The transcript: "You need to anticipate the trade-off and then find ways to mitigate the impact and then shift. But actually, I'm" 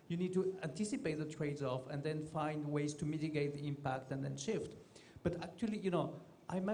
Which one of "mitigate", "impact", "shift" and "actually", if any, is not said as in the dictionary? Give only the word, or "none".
actually